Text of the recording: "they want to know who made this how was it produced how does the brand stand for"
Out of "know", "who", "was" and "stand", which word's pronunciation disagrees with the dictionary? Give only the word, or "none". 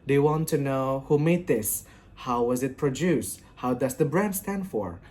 none